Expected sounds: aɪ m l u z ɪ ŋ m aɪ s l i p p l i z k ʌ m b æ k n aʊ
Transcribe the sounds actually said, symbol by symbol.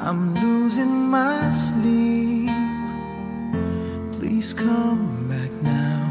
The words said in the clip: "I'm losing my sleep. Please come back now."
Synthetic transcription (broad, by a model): aɪ m l u z ɪ ŋ m aɪ s l i p p l i z k ʌ m b æ k n aʊ